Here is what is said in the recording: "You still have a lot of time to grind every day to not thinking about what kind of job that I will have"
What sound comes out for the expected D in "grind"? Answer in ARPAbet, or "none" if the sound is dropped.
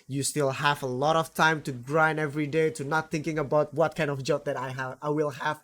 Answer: none